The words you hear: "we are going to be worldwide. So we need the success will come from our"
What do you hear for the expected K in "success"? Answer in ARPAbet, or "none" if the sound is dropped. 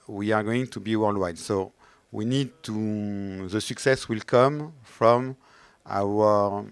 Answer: K